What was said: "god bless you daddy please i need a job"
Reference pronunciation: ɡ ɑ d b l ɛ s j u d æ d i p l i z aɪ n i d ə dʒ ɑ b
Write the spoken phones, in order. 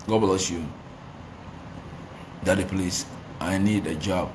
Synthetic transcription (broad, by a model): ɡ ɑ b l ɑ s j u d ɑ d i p l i s aɪ n i d ə dʒ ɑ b